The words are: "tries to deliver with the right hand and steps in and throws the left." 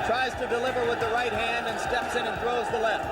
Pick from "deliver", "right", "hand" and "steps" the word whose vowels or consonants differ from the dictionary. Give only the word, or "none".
none